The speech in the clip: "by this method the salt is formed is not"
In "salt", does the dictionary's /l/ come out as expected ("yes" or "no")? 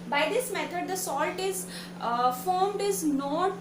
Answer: yes